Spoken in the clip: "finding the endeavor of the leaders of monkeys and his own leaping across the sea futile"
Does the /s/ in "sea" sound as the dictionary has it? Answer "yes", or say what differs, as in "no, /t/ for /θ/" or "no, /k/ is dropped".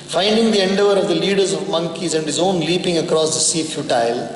yes